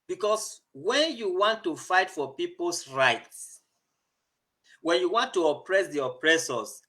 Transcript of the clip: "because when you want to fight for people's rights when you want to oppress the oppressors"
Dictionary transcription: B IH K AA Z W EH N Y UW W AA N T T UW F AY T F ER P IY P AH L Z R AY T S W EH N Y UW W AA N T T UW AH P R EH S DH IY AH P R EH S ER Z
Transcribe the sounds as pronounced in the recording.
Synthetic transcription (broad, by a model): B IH K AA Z W EH N Y UW W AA N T T UW F AY T F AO P IY P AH L S R AY T S W EH N Y UW W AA N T T UW AH P R EH S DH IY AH P R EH S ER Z